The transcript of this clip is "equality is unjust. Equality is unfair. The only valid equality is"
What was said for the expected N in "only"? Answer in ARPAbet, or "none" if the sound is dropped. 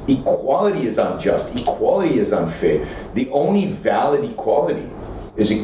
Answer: N